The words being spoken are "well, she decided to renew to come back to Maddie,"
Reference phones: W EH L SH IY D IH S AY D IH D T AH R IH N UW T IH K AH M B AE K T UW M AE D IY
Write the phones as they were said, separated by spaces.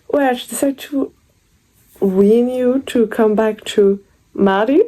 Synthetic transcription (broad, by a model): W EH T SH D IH S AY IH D T AH W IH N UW T IH K AH M B AE K T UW M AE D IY